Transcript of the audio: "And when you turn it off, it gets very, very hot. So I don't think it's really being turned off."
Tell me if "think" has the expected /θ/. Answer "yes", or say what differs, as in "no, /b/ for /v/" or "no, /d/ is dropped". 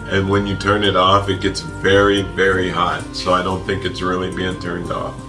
yes